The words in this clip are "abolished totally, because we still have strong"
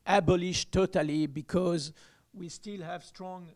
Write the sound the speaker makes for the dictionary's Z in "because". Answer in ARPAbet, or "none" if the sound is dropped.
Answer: Z